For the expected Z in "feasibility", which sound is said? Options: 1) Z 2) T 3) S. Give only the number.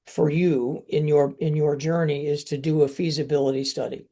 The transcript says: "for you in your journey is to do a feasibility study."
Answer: 1